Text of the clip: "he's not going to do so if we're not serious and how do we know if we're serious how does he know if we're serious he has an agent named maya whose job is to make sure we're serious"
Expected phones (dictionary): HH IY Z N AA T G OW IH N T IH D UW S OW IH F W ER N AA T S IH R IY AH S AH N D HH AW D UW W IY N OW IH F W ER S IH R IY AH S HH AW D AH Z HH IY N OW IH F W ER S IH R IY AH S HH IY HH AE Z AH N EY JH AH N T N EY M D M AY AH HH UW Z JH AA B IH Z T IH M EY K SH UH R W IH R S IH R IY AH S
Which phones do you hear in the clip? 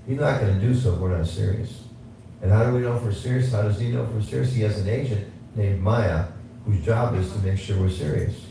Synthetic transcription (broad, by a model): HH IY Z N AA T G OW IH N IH D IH S OW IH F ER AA S IH R IY AH S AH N HH AW D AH W IY N OW IH F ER S IH R IY AH S HH AW D AH Z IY N OW IH F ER S IH R IY AH S HH IY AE Z AH N EY SH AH N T N EY M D M AY AH HH UW Z JH AA B IH Z T IH M EY K SH UH R W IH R S IH R IY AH S